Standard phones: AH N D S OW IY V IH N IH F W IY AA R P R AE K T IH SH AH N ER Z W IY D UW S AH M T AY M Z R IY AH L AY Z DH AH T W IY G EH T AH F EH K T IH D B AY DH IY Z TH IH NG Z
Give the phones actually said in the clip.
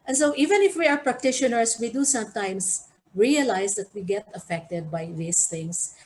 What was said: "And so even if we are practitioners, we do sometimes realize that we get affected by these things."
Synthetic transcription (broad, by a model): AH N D S OW IY V IH N IH F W IY AA R P R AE K T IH SH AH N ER S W IY D UW S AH M T AY M S R IY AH L AY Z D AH T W IY G EH T AH F EH K T IH D B AY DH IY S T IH NG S